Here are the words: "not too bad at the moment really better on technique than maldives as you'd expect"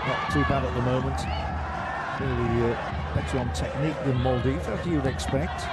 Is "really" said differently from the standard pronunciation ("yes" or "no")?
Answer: yes